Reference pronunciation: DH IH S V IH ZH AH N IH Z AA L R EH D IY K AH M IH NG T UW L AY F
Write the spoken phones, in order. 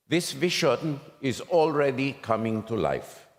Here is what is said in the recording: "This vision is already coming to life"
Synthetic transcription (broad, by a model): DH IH S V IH SH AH N IH Z AA L R EH D IY K AH M IH NG T UW L AY F